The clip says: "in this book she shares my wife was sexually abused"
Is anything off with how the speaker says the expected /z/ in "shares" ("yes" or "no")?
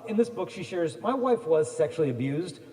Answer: no